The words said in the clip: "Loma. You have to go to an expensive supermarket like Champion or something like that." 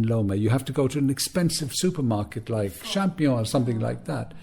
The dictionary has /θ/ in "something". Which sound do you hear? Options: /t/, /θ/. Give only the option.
/θ/